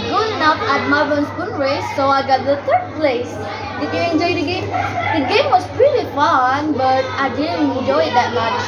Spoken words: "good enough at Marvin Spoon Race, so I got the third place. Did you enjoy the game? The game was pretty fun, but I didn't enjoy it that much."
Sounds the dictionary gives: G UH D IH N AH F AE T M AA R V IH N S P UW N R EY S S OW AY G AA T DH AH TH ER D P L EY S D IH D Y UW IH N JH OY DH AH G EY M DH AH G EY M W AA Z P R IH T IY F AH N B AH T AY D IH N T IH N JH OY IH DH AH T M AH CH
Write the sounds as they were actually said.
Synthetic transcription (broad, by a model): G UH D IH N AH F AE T M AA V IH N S B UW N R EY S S OW AY G AA T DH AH T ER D P L EY S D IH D Y UW IH N JH OY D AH G EY M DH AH G EY M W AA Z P R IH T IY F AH N B AH T AY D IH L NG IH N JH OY IH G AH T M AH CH